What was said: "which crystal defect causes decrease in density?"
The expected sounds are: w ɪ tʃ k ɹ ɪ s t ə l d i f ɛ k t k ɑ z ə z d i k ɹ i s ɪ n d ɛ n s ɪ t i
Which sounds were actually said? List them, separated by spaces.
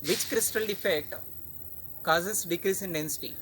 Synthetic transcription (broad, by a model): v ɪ tʃ k ɹ ɪ s t ə l d i f ɛ k t k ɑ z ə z d i k ɹ i s ɪ n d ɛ n s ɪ t i